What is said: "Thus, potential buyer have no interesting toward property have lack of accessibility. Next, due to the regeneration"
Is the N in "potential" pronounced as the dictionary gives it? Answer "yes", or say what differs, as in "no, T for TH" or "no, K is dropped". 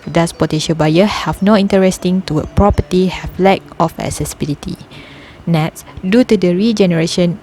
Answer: no, N is dropped